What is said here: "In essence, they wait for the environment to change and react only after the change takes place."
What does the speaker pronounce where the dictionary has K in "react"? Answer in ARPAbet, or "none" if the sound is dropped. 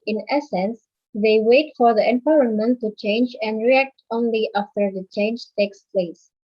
K